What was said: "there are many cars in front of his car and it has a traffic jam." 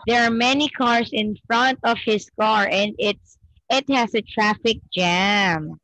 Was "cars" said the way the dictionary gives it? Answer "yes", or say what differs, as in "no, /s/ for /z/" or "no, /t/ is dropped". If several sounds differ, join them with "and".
no, /s/ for /z/